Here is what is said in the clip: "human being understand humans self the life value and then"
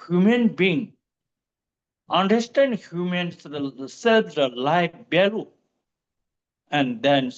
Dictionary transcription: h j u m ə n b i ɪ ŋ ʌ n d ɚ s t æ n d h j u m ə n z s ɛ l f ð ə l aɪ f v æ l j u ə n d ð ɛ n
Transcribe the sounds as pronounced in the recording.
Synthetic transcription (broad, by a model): h j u m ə n b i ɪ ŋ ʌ n d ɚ s t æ n d h j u m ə n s s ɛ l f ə l aɪ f b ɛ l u ə n d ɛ n